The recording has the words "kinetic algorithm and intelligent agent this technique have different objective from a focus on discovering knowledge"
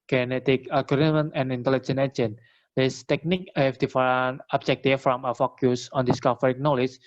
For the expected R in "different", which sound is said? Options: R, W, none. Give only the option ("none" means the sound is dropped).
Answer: none